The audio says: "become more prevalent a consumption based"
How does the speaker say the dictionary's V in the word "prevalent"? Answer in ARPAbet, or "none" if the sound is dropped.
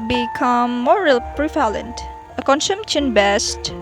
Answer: F